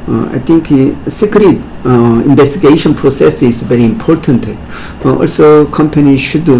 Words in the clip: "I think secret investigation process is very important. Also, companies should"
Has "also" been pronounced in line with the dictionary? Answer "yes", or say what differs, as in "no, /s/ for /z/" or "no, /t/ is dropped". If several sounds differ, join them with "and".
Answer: yes